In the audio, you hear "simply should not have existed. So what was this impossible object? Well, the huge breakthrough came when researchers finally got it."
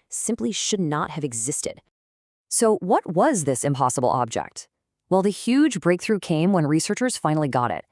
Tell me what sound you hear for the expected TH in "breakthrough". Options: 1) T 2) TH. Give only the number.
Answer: 2